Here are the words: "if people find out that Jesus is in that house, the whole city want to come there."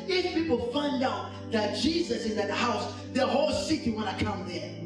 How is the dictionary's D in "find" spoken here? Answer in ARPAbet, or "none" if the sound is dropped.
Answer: D